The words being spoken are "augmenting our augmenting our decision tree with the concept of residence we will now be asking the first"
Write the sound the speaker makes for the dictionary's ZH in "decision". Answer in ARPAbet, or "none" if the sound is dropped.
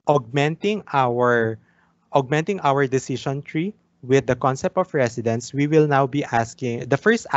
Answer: SH